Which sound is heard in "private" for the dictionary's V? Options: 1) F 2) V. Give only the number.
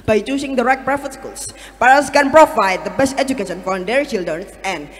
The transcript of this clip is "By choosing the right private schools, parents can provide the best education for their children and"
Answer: 1